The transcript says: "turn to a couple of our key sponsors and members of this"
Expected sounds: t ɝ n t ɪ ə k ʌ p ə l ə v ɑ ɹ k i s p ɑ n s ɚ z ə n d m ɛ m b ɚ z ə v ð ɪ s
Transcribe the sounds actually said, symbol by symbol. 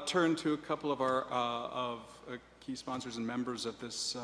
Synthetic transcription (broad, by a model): t ɝ n t ɪ ə k ʌ p l ə v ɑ ɹ k i s p ɑ n s ɚ z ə n m ɛ m b ɚ z ə v ð ɪ s